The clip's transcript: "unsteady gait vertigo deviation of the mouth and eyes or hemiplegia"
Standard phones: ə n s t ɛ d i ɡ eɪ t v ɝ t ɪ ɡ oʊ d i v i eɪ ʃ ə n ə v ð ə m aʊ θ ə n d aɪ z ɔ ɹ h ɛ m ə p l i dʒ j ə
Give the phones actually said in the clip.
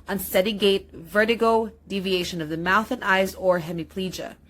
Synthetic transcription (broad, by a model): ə n s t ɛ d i ɡ eɪ t v ɝ t ɪ ɡ oʊ d i v i eɪ ʃ ə n ə v ð ə m aʊ θ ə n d aɪ z ɔ ɹ h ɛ m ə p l i dʒ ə